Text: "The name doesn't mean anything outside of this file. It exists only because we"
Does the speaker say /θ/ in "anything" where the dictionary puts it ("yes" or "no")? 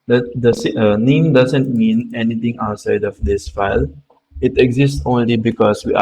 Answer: no